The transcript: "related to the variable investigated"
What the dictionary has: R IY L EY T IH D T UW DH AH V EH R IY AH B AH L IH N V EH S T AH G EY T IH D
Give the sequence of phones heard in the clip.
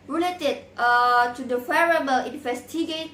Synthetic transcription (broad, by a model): R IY L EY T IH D T UW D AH F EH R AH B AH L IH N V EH S T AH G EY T